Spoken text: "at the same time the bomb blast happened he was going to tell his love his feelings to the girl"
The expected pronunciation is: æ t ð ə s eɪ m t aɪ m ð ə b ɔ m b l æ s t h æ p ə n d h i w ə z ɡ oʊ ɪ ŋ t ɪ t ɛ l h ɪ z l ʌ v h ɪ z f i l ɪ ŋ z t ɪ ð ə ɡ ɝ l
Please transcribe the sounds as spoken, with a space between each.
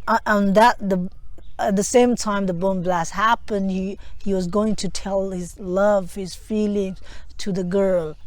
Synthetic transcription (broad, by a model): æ t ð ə s eɪ m t aɪ m ð ə b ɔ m b l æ s h æ p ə n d h i w ə z ɡ oʊ ɪ ŋ t ɪ t ɛ l h ɪ z l ʌ v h ɪ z f i l ɪ ŋ z t ɪ ð ə ɡ ɝ l